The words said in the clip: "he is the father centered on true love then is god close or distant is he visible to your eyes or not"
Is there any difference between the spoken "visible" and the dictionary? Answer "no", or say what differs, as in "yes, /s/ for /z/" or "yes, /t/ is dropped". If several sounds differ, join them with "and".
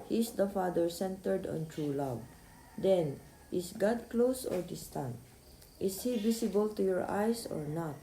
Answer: yes, /s/ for /z/